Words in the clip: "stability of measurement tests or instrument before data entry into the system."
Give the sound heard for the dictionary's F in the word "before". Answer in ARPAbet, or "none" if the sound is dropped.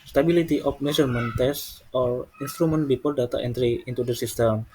P